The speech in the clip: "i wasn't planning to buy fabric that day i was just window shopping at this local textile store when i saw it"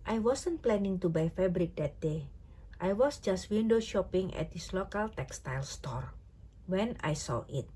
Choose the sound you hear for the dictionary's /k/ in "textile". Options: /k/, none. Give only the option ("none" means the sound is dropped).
/k/